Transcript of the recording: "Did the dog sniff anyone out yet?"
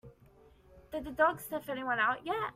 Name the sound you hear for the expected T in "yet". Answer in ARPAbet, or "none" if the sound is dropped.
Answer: none